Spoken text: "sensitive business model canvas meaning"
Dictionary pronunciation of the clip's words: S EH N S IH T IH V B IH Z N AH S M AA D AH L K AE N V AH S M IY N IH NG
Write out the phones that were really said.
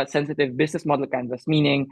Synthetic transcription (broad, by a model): S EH N S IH T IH V B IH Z N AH S M AA D AH L K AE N AH S M IY N IH NG